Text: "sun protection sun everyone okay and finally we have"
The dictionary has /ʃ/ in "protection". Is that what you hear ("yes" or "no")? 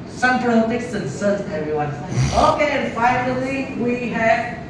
no